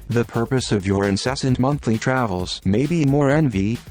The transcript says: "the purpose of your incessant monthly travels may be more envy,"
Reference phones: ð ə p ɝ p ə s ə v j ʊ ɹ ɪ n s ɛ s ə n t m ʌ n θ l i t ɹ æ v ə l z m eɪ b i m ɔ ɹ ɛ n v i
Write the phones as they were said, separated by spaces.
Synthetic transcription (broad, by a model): ð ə p ɝ p ə s ə v j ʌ ɹ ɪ n s ɛ s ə n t m ʌ n θ l i t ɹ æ v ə l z m eɪ b i m ɔ ɹ ɛ n v i